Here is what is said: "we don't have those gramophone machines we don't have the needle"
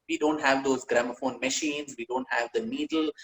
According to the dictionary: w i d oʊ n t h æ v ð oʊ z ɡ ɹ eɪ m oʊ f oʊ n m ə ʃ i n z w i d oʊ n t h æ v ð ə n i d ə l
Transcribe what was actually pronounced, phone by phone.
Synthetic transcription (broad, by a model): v i d oʊ n t h æ v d oʊ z ɡ ɹ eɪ m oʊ f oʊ n m ə ʃ i n z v i d oʊ n t h æ v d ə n i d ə l